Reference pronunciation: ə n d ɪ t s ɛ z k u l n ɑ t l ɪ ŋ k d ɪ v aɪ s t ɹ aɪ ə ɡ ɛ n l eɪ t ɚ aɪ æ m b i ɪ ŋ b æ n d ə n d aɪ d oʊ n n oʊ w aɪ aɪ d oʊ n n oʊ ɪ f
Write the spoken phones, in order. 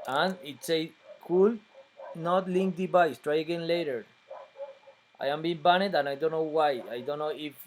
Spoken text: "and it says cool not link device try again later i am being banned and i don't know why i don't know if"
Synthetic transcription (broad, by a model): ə n ɪ t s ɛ k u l n ɑ t l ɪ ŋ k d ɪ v aɪ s t ɹ aɪ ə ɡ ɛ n l eɪ t ɚ aɪ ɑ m b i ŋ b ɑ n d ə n aɪ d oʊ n n oʊ w aɪ aɪ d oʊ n n oʊ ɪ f